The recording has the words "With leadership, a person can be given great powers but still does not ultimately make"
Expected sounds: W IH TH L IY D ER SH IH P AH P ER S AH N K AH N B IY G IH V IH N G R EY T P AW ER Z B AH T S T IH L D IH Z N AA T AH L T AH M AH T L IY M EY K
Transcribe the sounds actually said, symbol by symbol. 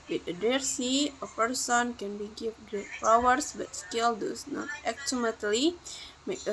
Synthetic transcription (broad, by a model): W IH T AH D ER S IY AH P ER S AH N K AH N B IY G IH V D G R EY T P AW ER S B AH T S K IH L D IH S N AA T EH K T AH M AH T L IY M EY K